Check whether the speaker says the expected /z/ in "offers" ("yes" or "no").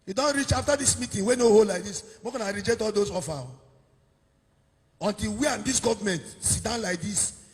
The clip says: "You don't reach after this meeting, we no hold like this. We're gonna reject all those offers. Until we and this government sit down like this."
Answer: no